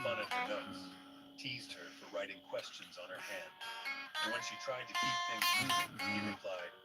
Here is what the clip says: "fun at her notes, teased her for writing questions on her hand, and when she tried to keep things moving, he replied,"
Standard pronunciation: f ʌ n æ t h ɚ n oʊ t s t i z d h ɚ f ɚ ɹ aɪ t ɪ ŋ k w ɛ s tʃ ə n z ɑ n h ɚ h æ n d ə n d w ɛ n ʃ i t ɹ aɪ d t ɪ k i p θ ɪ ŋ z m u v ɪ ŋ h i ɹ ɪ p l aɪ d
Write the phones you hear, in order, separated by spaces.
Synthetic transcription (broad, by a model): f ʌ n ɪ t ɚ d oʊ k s t i z d h ɚ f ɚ ɹ aɪ t ɪ ŋ k w ɛ s tʃ ə n z n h ɚ h æ n d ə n w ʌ n ʃ i t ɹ aɪ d t ɪ k i p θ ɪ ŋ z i ɪ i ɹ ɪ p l aɪ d